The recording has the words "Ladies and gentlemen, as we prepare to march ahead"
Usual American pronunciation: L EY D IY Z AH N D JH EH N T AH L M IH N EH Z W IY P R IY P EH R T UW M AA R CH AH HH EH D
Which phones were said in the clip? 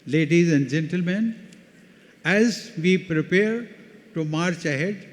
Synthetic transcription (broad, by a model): L EY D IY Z AH N D JH EH N T AH L M IH N EH Z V IY P R IY P EH R T UW M AA R CH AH HH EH D